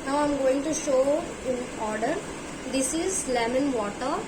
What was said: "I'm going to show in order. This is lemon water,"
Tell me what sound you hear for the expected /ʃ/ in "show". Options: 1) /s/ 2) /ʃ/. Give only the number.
2